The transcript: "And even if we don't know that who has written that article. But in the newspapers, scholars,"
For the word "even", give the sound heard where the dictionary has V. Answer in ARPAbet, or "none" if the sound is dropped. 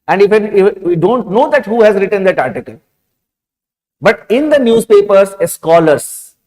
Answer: F